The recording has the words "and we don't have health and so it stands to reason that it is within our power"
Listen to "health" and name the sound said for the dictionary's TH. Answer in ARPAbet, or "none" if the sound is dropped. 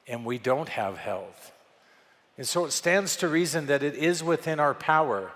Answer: TH